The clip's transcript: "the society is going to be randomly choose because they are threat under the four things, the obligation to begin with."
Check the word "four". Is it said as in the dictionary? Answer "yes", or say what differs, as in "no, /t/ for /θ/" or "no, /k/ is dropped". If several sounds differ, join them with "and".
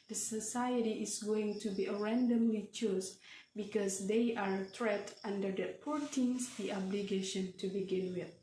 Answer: no, /p/ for /f/